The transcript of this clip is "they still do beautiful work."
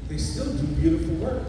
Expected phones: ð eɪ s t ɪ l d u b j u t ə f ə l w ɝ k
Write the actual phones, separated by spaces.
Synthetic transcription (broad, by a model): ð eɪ s t ɪ l d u b j u t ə f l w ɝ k